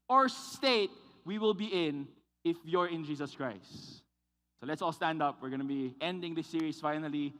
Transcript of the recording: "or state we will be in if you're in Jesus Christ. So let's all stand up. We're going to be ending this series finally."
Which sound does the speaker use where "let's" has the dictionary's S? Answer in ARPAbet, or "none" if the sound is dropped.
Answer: S